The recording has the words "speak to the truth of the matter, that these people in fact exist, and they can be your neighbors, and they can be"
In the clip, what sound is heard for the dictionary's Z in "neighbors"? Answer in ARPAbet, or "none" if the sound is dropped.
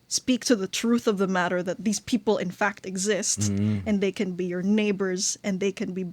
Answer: Z